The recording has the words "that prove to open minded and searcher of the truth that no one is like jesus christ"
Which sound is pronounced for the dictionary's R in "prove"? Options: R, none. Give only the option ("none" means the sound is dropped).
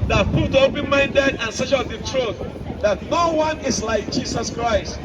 none